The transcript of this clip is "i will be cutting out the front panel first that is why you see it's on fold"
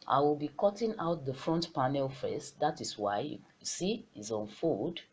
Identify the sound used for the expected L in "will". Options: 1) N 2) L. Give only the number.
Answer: 2